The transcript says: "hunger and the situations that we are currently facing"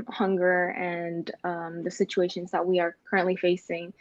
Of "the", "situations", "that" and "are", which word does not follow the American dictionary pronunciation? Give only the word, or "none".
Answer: none